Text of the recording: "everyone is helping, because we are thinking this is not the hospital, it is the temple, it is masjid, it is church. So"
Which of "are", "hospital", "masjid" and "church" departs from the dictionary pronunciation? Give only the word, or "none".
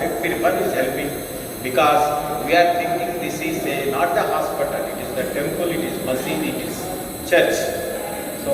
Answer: masjid